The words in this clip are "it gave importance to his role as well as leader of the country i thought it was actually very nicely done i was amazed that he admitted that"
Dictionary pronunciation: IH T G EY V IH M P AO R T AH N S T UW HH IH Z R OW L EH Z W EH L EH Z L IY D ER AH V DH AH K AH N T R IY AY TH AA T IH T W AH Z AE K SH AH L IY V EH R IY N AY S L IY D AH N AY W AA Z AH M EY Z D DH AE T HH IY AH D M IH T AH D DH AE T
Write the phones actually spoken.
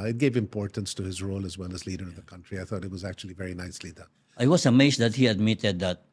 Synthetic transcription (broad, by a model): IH T G EY V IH M P AO R T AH N S T UW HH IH Z R OW L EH Z W EH L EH Z L IY D ER AH V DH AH K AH N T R IY AY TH AA T IH T W AH Z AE K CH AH L IY V EH R IY N AY S L IY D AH AY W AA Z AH M EY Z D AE T HH IY AH D M IH T AH D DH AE T